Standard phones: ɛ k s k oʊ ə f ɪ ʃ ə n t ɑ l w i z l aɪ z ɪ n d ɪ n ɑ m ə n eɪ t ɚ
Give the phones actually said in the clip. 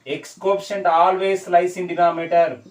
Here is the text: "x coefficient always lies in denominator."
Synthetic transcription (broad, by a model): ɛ k s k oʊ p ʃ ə n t ɑ l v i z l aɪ s ɪ n d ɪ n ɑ m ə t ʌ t